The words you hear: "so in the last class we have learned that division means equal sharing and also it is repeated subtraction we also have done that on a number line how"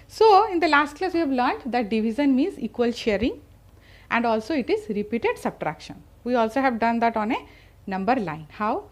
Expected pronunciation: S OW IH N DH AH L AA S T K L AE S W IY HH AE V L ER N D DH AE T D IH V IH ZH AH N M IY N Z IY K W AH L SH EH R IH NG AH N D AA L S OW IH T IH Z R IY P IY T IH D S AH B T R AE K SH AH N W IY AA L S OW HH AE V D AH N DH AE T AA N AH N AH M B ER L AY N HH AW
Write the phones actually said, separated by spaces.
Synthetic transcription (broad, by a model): S OW IH N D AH L AA S T K L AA S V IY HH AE V L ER N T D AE T D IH V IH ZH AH N M IY N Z IY K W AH L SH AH R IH NG AH N D AA L S OW IH T IH Z R IY P IY T IH D S AH B T R AE K SH AH N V IY AA L S OW HH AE V D AH N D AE T AA N AH N AH M B ER L AY N HH AW